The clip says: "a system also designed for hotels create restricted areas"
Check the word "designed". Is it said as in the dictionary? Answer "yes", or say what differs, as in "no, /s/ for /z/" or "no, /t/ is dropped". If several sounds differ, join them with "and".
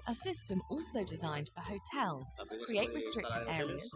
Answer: yes